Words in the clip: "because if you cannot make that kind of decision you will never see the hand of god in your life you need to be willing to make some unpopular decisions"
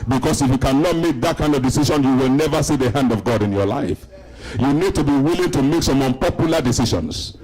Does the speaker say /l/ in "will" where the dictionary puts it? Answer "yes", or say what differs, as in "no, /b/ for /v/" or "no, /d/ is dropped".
yes